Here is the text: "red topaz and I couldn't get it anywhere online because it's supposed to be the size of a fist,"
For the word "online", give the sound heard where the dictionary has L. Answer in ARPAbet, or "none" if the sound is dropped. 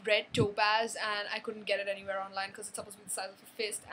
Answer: L